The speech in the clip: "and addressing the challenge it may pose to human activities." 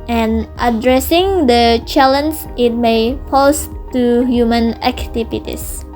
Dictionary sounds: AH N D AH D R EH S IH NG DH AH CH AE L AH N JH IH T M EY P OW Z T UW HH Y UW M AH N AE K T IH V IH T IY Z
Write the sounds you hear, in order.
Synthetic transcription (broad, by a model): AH N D AH D R EH S IH NG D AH CH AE L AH N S IH T M EY F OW S T UW HH Y UW M AH N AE K T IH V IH T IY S